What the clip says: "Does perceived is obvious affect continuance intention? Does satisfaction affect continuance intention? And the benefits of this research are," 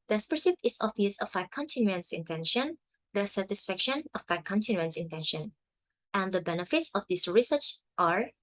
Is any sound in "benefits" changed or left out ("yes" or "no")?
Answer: no